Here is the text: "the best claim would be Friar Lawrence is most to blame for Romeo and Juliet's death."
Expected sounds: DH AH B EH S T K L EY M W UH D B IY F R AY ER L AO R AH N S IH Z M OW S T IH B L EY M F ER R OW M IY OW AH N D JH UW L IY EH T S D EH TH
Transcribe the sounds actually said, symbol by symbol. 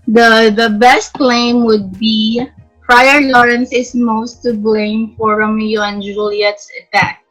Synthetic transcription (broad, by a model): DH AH B EH S T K L EY M W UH D B IY P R AY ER L AO R AH N S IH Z M OW S T IH B L EY M F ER R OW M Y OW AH N JH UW L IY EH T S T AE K